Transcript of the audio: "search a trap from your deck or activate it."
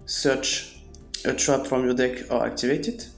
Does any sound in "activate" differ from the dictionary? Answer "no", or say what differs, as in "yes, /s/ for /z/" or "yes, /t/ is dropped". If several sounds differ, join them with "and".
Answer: no